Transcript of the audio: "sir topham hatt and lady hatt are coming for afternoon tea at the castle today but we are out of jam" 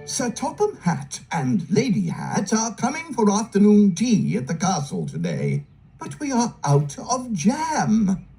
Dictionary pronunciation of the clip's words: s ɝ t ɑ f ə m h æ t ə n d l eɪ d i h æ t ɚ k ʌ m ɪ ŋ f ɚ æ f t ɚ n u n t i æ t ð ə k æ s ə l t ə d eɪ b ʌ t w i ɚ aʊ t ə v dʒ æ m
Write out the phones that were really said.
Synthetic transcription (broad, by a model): s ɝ t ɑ p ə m h æ t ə n l eɪ d i h æ t ɚ k ʌ m ɪ ŋ f ɚ æ f t ɚ n u n t i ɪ t ð ə k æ s l t ə d eɪ b ʌ t w i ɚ aʊ t ə v dʒ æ m